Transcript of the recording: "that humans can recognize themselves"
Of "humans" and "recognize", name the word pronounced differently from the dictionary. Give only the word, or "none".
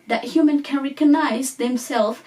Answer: humans